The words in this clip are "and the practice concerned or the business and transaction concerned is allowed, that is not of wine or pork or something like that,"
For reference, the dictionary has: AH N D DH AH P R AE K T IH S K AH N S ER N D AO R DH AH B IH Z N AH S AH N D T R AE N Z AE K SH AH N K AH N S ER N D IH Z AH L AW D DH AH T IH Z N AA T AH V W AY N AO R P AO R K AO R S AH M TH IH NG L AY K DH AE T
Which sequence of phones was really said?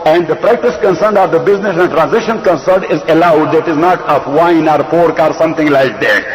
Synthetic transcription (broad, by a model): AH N D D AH P R AE K T IH S K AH N S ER N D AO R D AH B IH Z N AH S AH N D T R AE N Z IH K SH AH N K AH N S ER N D IH Z AH L AW D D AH T IH Z N AA T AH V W AY N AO R P AO R K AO R S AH M T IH NG L AY K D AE T